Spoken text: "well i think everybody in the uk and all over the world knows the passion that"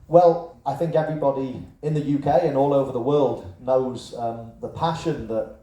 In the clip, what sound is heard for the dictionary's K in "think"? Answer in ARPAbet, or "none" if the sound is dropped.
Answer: K